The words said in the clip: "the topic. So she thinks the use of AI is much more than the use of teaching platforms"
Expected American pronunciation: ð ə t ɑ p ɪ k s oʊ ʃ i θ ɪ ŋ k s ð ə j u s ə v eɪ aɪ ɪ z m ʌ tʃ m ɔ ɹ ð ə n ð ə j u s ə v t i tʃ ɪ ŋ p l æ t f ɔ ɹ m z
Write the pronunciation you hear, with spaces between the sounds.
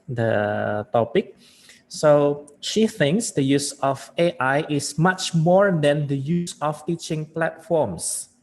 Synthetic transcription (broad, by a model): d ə t ɑ p ɪ k s oʊ ʃ i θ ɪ ŋ k s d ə j u s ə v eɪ aɪ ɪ s m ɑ tʃ m ɔ ɹ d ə n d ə j u s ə f t i tʃ ɪ ŋ p l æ t f ɔ m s